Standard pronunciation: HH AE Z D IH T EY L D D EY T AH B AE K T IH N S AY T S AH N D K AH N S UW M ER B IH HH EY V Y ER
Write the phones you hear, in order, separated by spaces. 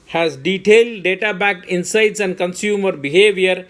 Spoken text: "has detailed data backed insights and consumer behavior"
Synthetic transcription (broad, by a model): HH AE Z D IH T EY L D D EY T AH B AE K IH N S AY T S AH N D K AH N S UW M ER B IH HH EY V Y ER